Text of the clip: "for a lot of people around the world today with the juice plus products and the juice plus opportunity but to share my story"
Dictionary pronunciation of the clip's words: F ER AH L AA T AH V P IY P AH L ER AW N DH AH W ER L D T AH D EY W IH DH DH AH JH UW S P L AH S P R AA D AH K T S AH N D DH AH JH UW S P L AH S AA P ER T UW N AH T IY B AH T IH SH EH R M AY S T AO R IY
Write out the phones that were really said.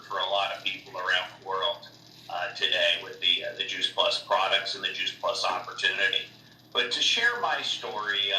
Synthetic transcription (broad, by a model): F ER AH L AA T AH V P IY P L ER AW N DH AH W ER L D T AH D EY W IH DH DH AH JH UW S P L AH S P R AA D AH K T S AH N DH AH JH UW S P L AH S AA P ER T UW N AH T IY B AH T IH SH EH R M AY S T AO R IY